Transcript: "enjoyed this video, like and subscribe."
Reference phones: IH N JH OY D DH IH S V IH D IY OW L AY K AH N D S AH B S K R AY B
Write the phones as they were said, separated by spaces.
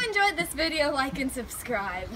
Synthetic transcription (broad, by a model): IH N JH OY D DH IH S V IH D IY OW L AY K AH N S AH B S K R AY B